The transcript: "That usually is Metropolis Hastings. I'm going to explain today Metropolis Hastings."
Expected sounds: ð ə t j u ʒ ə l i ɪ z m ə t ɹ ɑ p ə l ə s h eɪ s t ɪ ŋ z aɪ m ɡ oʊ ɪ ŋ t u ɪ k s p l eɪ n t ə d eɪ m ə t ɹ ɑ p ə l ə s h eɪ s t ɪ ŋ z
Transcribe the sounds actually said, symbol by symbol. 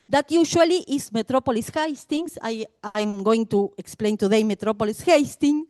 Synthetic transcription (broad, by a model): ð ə t j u ʃ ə l i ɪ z m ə t ɹ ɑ p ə l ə s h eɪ s t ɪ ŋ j aɪ m ɡ oʊ ɪ ŋ t u ɪ k s p l eɪ n t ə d eɪ m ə t ɹ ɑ p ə l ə s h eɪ s t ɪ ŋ